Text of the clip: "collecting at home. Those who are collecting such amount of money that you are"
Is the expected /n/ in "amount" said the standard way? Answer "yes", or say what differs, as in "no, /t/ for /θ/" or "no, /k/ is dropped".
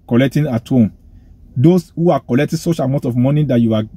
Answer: no, /n/ is dropped